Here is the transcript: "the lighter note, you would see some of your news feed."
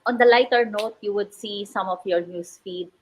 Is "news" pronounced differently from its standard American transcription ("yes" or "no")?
yes